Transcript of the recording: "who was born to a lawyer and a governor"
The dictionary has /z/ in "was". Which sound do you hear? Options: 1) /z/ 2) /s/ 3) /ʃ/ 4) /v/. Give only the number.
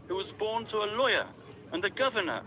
1